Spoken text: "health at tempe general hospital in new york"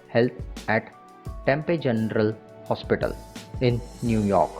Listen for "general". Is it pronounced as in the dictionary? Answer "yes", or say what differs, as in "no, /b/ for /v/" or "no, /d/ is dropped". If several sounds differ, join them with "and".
yes